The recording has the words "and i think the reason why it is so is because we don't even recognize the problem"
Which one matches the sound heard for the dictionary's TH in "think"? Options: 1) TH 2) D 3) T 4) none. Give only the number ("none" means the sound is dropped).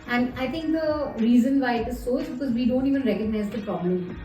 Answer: 3